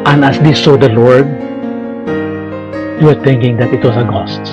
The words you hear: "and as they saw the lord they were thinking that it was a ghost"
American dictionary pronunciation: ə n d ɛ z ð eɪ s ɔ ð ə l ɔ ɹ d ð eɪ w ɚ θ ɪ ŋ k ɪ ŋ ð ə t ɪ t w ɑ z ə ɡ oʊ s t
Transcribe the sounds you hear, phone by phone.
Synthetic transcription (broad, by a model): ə n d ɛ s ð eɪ s ɔ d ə l ɔ ɹ d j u w ɚ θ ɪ ŋ k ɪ ŋ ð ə t ɪ t w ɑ s ə ɡ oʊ s t